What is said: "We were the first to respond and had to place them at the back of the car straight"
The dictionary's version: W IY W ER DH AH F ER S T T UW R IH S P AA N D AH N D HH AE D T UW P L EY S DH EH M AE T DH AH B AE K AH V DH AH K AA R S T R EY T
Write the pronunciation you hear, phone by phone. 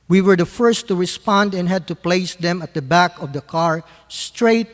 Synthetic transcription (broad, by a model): W IY W ER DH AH F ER S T T UW R IH S P AA N D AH N HH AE D T UW P L EY S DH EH M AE T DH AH B AE K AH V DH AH K AA R S T R EY T